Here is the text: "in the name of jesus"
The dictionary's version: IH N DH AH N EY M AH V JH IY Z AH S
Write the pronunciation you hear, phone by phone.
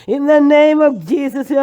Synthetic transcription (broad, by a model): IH N DH AH N EY M AH V JH IY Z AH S